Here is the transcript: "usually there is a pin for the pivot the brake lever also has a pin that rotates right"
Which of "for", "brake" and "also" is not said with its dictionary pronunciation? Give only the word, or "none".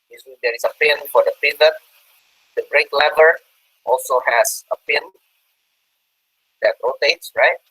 none